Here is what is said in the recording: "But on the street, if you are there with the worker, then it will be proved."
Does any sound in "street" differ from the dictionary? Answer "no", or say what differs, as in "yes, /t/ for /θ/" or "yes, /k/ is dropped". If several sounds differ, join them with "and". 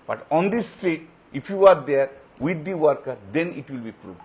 yes, /ɹ/ is dropped